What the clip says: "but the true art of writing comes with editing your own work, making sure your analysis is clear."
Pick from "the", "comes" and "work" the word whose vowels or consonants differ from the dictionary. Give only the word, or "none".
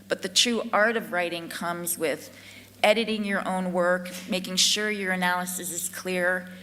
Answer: none